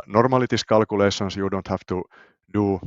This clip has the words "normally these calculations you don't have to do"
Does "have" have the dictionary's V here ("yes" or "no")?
no